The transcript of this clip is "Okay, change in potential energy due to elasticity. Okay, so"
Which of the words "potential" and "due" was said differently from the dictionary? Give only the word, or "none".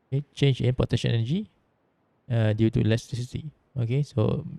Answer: potential